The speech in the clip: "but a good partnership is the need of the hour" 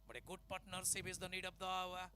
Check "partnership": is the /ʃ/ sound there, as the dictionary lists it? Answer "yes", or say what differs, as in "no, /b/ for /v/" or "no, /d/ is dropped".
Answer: no, /s/ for /ʃ/